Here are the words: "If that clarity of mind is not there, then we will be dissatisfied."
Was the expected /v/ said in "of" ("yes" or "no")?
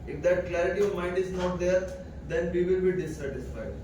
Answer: yes